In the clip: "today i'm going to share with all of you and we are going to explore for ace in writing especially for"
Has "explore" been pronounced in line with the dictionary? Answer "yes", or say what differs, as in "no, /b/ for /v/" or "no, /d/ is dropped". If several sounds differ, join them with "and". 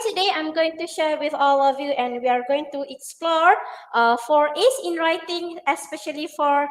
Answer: yes